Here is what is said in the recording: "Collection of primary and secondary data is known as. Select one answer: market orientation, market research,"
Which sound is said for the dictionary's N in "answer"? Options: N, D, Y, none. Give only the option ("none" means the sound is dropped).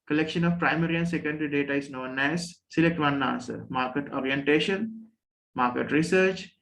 none